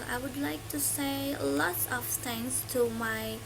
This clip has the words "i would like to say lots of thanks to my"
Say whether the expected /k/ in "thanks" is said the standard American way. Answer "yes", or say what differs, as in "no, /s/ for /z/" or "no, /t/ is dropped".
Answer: no, /k/ is dropped